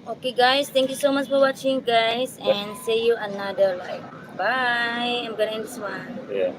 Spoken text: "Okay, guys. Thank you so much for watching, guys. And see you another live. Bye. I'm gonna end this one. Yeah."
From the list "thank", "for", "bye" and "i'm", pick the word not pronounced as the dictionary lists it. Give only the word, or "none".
thank